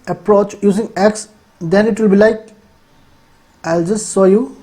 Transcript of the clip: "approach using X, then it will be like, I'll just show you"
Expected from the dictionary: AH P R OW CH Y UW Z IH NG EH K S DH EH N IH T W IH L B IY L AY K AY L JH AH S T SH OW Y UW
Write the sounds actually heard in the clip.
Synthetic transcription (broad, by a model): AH P R OW CH Y UW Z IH NG EH K S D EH N IH T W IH L B IY L AY K AY L JH AH S T S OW Y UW